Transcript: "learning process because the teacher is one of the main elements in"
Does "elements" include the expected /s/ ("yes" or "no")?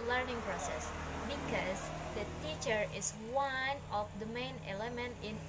no